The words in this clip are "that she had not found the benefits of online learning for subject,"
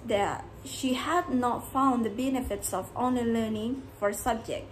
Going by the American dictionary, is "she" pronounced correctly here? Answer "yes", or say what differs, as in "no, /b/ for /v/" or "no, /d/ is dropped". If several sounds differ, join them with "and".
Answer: yes